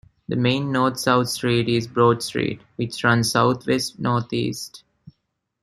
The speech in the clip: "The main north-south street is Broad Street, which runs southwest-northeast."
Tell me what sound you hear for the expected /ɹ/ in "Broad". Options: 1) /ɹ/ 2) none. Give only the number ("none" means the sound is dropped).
1